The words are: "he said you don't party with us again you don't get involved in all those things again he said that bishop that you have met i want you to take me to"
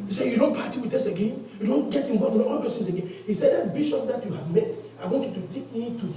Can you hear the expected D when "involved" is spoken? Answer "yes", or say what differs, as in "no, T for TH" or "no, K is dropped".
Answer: no, D is dropped